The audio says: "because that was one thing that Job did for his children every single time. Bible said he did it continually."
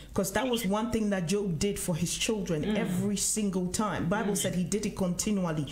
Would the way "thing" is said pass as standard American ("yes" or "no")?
yes